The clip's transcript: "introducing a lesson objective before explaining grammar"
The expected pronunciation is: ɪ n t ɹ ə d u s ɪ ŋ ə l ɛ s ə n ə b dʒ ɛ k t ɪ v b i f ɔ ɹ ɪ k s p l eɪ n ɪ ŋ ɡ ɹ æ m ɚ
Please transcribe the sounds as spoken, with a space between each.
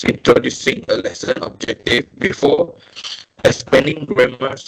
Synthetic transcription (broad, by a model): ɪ n t ɹ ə d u s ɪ ŋ ə l ɛ s ə n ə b dʒ ɛ k t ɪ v b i f ɔ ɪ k s p eɪ n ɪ ŋ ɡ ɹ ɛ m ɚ